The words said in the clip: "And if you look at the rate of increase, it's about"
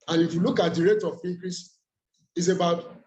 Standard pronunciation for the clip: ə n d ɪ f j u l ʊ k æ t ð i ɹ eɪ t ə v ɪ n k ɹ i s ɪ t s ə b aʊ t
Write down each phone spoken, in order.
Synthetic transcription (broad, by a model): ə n ɪ f j u l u k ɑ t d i ɹ eɪ t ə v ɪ k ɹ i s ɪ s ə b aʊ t